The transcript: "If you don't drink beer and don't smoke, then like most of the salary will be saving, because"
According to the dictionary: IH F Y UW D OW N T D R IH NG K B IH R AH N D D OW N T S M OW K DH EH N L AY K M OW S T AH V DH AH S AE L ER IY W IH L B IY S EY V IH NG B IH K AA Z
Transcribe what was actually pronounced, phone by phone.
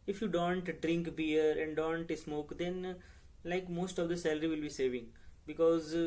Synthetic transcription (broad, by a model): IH F Y UW D OW N T D R IH NG K B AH R AH N D D OW N T S M OW K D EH N L AY K M OW S T AH V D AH S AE L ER IY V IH L B IY S EY V IH NG B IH K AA Z